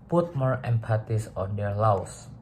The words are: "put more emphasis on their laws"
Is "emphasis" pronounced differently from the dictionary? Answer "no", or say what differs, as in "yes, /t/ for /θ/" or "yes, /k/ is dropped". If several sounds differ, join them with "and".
yes, /p/ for /f/